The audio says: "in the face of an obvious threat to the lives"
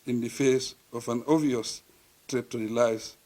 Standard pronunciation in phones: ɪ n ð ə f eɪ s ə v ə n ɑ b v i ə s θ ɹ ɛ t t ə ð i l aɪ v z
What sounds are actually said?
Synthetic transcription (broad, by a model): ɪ n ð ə f eɪ s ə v ə n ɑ v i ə s t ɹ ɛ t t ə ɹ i l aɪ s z